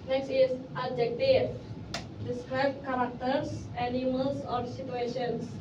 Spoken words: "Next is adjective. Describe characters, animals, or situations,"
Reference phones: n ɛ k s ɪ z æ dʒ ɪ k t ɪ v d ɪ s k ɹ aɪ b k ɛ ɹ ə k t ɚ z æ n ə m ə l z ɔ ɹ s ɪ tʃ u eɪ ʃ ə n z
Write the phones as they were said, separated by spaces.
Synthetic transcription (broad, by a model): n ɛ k s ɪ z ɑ dʒ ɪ k t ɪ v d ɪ s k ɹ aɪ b k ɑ ɹ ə k t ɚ s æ n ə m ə l s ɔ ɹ s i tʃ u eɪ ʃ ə n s